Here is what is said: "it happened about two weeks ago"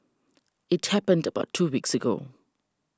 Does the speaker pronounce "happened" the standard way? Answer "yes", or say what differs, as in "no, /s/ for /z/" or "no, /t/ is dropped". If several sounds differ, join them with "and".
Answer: yes